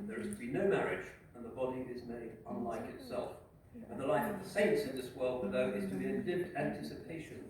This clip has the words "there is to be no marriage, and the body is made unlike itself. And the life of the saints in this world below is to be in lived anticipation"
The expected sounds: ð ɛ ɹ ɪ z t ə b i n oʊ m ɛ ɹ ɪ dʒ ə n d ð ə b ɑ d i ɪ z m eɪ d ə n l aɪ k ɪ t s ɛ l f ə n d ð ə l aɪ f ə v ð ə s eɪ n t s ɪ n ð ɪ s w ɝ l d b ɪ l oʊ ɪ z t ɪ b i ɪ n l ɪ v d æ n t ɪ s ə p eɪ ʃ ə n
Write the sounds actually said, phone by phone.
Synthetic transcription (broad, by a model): ð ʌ ɹ ɪ z t ə b i n oʊ m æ ɹ ɪ dʒ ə n ð ə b ɑ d i ɪ z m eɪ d ə n l aɪ k ɪ t s ɛ l f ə n ð ə l aɪ f ə v ð ə s eɪ n t s ɪ n ð ɪ s w ɝ l d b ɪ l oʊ ɪ z t ɪ b i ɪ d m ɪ d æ n t ɪ s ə p eɪ ʃ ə n